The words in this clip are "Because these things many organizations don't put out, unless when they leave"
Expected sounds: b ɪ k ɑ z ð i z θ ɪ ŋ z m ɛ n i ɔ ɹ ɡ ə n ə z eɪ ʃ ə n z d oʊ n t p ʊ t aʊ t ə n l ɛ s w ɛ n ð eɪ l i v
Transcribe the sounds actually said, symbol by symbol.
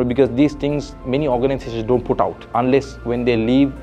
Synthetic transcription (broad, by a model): b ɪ k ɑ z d i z t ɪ ŋ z m ɛ n i ɔ ɹ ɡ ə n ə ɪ s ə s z d oʊ n t p ʊ t aʊ t ə n l ɛ s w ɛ n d eɪ l i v